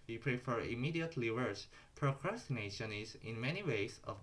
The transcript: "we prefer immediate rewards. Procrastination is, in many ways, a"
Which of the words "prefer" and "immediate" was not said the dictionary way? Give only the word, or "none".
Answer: none